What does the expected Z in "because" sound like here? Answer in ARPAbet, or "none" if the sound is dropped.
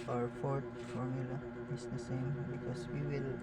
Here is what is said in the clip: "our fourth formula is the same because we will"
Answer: S